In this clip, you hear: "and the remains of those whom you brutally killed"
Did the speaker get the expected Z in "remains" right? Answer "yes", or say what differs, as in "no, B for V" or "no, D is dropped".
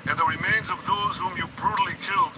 yes